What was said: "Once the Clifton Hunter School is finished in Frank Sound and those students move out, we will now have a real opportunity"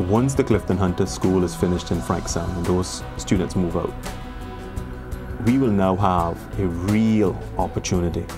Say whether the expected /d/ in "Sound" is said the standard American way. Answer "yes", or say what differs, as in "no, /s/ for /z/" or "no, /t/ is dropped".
no, /d/ is dropped